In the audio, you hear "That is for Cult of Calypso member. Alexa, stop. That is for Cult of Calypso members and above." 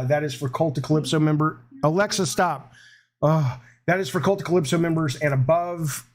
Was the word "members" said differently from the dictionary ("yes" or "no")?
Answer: no